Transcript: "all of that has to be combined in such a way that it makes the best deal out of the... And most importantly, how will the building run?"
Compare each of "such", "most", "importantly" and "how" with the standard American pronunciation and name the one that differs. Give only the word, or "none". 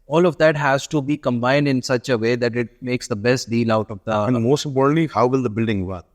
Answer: importantly